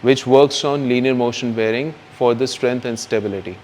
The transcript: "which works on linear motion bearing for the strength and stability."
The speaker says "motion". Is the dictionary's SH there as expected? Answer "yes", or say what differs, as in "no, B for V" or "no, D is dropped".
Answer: yes